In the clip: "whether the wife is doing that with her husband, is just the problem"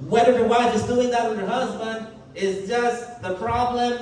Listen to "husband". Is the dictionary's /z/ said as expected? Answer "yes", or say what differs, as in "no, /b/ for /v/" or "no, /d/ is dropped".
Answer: yes